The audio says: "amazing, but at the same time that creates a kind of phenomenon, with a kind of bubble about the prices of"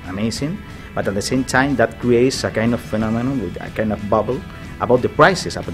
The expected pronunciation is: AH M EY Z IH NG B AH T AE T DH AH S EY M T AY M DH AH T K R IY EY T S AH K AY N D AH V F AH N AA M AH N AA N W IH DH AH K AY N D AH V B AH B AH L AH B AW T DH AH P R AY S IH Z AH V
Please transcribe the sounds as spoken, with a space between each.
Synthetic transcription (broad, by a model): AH M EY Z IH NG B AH T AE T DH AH S EY M T AY M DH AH T K R IY EY T S AH K AY N D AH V F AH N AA M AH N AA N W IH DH AH K AY N D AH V B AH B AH L AH B AW T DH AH P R AY S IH S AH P